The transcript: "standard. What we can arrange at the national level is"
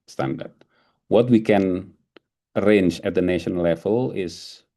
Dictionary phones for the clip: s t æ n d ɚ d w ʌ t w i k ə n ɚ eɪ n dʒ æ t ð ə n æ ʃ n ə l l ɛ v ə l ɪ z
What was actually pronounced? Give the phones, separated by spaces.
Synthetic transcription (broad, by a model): s t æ n d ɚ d w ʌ t w i k ə n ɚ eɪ n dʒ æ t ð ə n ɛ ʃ ə n l ɛ v ə l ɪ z